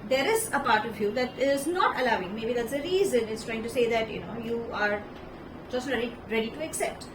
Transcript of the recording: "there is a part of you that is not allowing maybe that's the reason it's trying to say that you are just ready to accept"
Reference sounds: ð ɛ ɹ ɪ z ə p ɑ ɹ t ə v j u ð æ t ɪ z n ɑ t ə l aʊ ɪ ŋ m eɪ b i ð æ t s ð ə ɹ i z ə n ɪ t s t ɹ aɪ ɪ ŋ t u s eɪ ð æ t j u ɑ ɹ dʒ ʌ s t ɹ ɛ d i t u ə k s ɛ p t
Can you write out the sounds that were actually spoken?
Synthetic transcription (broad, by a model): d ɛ ɹ ɪ z ə p ɑ ɹ t ə v j u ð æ t ɪ z n ɑ t ə l aʊ ɪ ŋ m eɪ b i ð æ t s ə ɹ i z ə n ɪ t s t ɹ aɪ ɪ ŋ t u s eɪ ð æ t j u ɑ ɹ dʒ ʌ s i ɹ ɛ d i t u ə k s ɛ p t